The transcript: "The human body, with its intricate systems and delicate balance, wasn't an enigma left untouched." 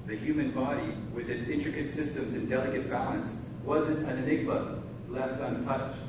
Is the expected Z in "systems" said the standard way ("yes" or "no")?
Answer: yes